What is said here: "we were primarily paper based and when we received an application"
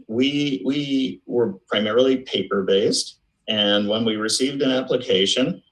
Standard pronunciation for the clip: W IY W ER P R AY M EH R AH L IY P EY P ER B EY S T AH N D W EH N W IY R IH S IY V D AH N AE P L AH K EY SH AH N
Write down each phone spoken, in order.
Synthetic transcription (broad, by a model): W IY W ER P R AY M EH R L IY P EY P ER B EY S T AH N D W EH N W IY R IH S IY V D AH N AE P L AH K EY SH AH N